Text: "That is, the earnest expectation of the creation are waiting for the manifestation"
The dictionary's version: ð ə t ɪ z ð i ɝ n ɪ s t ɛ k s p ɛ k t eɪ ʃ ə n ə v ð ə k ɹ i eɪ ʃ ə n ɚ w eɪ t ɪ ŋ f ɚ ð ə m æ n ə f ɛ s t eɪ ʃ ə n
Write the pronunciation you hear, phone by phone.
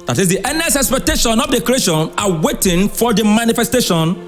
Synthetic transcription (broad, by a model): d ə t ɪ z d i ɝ n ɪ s ɛ k s p ɛ k t eɪ ʃ ə n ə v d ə k ɹ i eɪ ʃ ə n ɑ w eɪ t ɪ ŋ f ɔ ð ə m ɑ n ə f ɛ s t eɪ ʃ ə n